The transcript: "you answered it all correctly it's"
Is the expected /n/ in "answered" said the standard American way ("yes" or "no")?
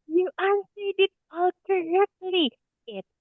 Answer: no